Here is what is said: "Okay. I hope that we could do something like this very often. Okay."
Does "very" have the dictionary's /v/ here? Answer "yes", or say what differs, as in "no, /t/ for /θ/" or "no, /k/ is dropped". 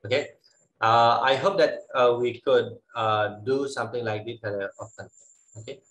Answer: no, /f/ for /v/